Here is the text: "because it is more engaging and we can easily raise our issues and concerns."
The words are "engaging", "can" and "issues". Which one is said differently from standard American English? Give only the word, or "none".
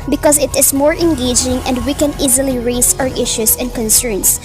issues